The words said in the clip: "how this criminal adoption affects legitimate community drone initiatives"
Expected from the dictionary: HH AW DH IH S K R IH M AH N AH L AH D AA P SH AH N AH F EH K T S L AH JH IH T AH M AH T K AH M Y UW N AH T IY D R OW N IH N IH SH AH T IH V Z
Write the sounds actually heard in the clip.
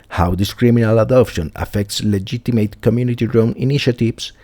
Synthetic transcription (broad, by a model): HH AW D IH S K R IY M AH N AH L AH D AA P SH AH N AH F EH K T S L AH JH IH T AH M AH T K AH M Y UW N AH T IY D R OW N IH N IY SH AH T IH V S